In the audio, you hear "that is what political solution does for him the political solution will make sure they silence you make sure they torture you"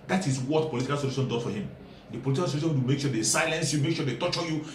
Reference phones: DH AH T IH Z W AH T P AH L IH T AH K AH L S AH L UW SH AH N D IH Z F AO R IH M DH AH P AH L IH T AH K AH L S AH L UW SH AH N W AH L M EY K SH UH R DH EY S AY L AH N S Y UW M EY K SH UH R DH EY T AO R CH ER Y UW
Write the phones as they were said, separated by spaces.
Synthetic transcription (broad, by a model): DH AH T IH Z W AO T P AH L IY T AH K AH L S AH L UW SH AH N D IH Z F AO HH IH M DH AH P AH L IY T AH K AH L S AH L UW SH AH N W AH M EY K SH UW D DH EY S AY L AH N S Y UW M EY K SH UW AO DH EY T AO CH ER Y UW